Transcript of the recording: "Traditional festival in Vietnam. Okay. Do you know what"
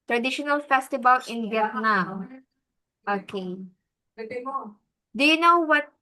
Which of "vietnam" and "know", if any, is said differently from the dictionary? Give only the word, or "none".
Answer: vietnam